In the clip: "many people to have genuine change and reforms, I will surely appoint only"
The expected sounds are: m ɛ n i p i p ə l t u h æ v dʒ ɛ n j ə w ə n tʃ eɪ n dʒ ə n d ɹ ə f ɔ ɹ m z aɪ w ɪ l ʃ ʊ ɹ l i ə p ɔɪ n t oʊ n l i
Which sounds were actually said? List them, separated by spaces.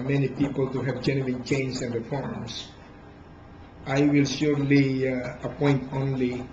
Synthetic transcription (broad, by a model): m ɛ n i p i p ə l t u h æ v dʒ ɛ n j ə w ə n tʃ eɪ n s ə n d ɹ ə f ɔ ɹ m s aɪ w ɪ l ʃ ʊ ɹ l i ə p ɔɪ n t oʊ n l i